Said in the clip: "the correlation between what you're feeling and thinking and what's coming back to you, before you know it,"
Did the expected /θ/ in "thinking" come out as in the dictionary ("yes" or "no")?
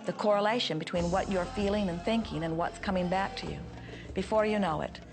yes